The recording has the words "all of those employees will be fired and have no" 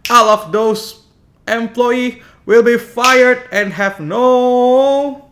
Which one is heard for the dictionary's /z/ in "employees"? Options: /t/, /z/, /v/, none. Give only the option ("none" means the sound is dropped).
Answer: none